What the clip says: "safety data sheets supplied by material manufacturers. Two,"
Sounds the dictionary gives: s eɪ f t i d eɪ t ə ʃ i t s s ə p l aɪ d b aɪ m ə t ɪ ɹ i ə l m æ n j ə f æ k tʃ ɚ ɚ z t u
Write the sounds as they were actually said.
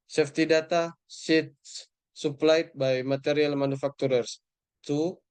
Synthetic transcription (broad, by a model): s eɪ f t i d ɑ t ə s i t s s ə p l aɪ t b aɪ m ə t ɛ ɹ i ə l m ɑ n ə f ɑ k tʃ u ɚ s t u